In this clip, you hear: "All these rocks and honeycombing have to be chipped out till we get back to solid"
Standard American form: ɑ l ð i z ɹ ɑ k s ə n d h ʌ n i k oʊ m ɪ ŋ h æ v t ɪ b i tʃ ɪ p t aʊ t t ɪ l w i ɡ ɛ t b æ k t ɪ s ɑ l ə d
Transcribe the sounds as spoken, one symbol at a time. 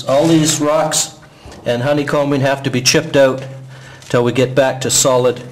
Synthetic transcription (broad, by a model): ɑ l ð i z ɹ ɑ k s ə n h ʌ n i k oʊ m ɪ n h æ f t ɪ b i tʃ ɪ p t aʊ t t ɪ l w i ɡ ɛ t b æ k t ɪ s ɑ l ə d